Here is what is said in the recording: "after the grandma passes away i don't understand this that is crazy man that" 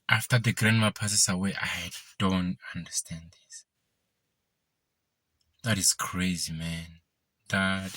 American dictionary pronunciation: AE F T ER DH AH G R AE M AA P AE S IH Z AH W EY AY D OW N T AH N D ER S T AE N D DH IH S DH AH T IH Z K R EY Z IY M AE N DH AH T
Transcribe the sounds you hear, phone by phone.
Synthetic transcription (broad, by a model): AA F T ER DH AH G R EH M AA P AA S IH S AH W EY AY D OW N T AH N D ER S T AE N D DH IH S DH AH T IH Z K R EY Z IY M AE N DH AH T